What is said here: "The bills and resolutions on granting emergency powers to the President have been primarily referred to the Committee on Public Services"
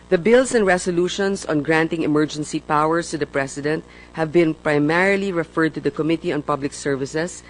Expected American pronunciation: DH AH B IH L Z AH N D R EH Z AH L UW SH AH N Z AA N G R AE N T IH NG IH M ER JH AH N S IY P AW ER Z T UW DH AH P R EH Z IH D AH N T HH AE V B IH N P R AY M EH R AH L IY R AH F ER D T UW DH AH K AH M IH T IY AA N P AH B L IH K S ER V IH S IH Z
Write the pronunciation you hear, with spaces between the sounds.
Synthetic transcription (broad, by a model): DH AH B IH L S AH N D R EH S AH L UW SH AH N S AA N G R AE N T IH NG IH M ER JH AH N S IY P AW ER S T UW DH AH P R EH S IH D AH N T HH AE V B IH N P R AY M EH R AH L IY R AH F ER D T UW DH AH K AH M IH T IY AA N P AH B L IH K S ER V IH S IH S